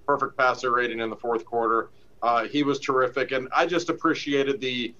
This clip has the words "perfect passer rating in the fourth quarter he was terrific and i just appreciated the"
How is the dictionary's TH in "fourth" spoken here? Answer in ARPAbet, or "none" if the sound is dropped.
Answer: TH